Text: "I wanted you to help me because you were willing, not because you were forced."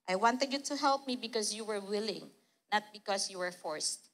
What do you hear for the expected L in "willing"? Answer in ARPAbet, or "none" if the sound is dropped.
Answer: L